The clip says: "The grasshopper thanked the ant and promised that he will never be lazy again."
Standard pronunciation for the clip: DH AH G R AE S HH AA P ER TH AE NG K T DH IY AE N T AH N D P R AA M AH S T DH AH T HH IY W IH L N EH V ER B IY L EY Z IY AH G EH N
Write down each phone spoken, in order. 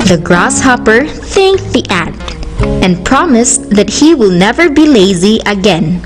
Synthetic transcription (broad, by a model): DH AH G R AE S HH AA P ER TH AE NG K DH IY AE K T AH N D P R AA M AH S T DH AH T HH IY W IH L N EH V ER B IY L EY Z IY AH G EH N